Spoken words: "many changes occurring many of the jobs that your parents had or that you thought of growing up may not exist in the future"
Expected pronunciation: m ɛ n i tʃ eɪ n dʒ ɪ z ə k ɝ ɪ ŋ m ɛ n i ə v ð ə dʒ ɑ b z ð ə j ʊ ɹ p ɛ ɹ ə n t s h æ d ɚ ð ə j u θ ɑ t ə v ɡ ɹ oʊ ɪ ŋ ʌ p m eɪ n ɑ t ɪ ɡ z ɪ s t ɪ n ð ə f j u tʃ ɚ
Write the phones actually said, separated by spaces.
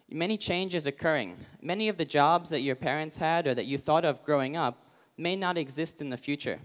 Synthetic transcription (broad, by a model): m ɛ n i tʃ eɪ n dʒ ɪ z ə k ɝ ɪ ŋ m ɛ n i ə v ð ə dʒ ɑ b z ð ə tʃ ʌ ɹ p ɛ ɹ ə n t s h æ d ɚ ð ə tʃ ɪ θ ɑ t ə v ɡ ɹ oʊ ɪ ŋ ʌ p m eɪ n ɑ t ɪ ɡ z ɪ s t ɪ n ð ə f j u tʃ ɚ